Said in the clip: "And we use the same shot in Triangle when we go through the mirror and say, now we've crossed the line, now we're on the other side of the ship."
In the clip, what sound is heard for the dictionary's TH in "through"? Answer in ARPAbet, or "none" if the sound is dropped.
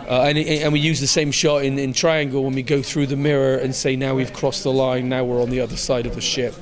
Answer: TH